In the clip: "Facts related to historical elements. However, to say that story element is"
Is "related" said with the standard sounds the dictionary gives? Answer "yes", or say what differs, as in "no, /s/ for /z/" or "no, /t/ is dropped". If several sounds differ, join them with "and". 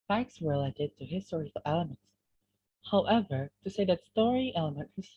yes